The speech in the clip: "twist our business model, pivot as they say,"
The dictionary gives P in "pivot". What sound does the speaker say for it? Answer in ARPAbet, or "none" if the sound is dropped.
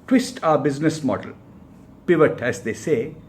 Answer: P